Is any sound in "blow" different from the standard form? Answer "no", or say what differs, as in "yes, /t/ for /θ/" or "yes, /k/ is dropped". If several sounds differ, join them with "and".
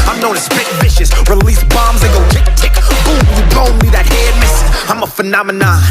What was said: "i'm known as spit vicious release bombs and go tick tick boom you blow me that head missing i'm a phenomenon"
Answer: yes, /l/ is dropped